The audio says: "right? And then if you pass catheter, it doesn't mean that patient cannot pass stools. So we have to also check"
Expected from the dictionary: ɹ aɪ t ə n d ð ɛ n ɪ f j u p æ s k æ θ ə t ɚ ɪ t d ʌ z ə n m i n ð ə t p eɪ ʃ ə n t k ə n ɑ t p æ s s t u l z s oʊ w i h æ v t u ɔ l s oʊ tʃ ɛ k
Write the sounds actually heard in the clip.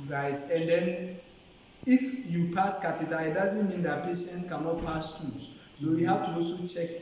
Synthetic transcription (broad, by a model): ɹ aɪ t ə n d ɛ n ɪ f j u p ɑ s k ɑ t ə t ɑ ɪ t d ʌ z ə n m i n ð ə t p eɪ ʃ ə n t k ə n ɑ t p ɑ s s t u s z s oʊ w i h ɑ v t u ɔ s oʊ tʃ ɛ k